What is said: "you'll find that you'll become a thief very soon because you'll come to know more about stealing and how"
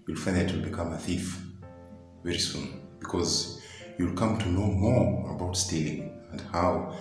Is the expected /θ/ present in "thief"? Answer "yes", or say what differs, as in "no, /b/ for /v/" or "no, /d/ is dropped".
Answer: yes